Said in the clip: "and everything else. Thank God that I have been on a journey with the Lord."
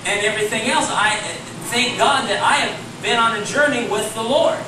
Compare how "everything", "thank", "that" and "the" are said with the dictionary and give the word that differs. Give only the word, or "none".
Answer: thank